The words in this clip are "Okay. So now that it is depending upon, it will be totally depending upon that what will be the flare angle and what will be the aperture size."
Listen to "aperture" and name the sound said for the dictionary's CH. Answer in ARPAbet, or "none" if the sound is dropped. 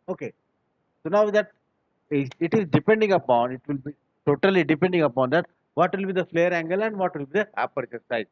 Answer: S